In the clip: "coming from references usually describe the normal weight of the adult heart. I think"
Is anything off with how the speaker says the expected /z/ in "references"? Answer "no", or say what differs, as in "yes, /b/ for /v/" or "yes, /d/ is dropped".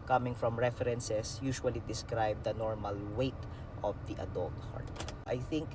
yes, /s/ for /z/